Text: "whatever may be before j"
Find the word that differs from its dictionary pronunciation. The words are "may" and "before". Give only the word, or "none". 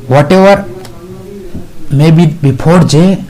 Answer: before